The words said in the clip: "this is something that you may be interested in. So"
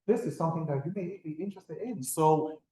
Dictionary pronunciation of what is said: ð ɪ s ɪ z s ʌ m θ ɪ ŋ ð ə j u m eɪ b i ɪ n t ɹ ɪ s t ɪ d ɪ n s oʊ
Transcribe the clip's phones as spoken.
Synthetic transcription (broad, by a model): ð ɪ s ɪ z s ʌ m θ ɪ ŋ ð ə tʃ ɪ m eɪ b i ɪ n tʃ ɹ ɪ s t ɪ d ɪ n s oʊ